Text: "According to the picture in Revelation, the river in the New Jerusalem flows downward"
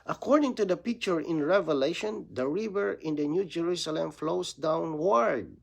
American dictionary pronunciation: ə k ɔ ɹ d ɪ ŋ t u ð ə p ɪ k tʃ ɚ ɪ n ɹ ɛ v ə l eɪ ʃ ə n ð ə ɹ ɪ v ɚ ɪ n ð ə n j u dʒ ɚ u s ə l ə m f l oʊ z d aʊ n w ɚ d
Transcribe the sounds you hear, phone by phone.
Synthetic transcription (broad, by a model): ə k ɔ ɹ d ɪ ŋ t u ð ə p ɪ k tʃ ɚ ɪ n ɹ ɛ v ə l eɪ ʃ ə n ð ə ɹ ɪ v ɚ ɪ n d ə n j u dʒ ɚ u s ə l ə m f l oʊ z d aʊ n w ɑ d